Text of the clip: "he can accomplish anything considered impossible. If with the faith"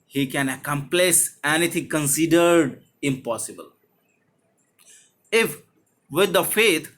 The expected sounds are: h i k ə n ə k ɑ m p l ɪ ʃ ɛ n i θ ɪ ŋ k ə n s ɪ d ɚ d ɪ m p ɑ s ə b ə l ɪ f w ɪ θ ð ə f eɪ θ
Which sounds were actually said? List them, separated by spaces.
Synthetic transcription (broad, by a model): h i k ə n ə k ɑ m p l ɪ s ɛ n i t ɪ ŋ k ə n s ɪ d ɚ d ɪ m p ɑ s ə b ə l ɪ f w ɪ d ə f eɪ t